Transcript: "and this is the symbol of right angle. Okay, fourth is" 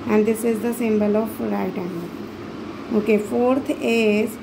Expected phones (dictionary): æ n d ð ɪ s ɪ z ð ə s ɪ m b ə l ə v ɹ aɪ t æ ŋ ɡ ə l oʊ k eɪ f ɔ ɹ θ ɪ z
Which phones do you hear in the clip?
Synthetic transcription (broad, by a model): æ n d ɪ s ɪ z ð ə s ɪ m b ə l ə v ɹ aɪ t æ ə n oʊ k eɪ f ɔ ɹ t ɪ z